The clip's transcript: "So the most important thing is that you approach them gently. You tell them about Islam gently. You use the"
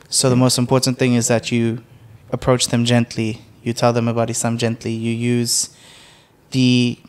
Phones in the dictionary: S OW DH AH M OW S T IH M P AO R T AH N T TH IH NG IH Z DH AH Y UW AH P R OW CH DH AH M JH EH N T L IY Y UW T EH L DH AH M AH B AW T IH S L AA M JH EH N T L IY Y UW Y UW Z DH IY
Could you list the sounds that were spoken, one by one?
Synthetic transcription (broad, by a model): S OW DH AH M OW S T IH M P AO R T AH N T TH IH NG IH Z DH AH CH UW AH P R OW CH DH AH M JH EH N T L IY Y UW T EH L DH AH M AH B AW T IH S AA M JH EH N T L IY Y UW Y UW Z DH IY